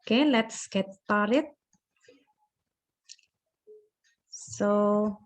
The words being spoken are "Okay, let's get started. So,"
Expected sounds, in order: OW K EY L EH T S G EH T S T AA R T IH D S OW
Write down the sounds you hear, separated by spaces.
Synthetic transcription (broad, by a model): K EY L EH T S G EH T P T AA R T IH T S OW